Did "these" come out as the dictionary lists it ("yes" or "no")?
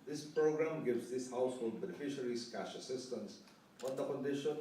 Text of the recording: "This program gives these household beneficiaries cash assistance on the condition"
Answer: no